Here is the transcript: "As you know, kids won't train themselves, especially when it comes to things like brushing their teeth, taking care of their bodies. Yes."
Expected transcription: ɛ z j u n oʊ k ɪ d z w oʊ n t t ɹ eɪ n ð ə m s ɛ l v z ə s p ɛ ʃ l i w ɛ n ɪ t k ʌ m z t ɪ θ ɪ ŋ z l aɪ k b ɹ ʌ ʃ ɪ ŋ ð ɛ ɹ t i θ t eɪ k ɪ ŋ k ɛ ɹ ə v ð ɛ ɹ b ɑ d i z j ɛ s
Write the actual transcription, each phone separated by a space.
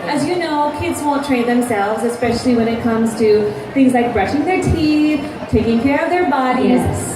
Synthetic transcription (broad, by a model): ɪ z j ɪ n oʊ k ɪ d z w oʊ n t t ɹ eɪ n ð ə m s ɛ l v z ə s p ɛ ʃ l i w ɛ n ɪ t k ʌ m z t ɪ θ ɪ ŋ z l aɪ k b ɹ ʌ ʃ ɪ ŋ ð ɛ ɹ t i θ t eɪ k ɪ ŋ k ɛ ɹ ə v ð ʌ ɹ b ɑ d i z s